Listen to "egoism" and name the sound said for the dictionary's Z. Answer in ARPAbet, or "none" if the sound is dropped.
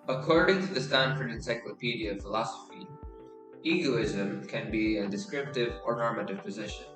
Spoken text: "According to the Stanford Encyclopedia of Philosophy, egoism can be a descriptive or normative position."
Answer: Z